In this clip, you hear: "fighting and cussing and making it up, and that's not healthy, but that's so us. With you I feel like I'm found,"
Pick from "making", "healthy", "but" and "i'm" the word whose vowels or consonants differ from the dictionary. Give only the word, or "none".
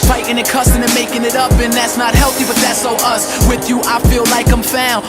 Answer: none